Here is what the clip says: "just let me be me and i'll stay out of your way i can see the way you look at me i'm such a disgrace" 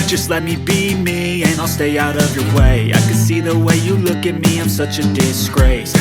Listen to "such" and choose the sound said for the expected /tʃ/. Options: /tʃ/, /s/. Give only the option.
/tʃ/